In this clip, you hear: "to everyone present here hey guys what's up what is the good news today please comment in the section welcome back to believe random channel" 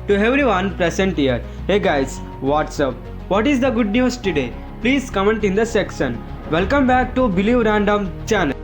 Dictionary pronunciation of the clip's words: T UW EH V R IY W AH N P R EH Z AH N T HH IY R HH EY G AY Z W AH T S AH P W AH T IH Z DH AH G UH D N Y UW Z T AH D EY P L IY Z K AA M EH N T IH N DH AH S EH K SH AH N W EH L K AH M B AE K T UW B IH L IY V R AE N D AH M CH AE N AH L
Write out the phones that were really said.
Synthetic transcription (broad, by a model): T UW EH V R IY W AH N P R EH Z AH N T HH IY R HH EY G AY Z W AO T S AH P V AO T IH Z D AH G UH D N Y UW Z T AH D EY P L IY Z K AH M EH N T IH N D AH S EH K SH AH N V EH L K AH M B AE K T UW B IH L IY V R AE N D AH M CH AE N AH L